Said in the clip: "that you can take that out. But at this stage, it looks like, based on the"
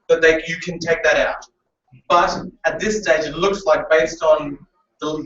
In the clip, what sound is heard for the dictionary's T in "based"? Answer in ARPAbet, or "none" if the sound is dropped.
T